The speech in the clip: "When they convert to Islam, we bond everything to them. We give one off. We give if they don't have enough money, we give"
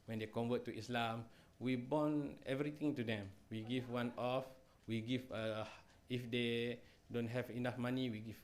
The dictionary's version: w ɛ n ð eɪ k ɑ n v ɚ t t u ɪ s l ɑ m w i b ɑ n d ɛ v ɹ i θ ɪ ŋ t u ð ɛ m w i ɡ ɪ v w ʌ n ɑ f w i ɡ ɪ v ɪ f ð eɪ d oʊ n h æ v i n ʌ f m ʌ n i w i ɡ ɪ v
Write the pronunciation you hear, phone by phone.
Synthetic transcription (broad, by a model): w ɛ n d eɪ k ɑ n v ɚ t t u ɪ s l ɑ m w i b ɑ n ɛ v ɹ i t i ŋ t u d ɛ m w i ɡ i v w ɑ n ɑ f w i ɡ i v ɪ f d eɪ d oʊ n h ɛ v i n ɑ f m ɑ n i w i ɡ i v